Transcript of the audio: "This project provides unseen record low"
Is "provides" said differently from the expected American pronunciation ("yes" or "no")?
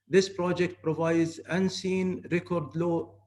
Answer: no